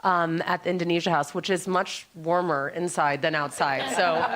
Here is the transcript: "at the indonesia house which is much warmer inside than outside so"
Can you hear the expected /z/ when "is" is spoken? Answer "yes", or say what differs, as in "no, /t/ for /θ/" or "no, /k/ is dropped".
yes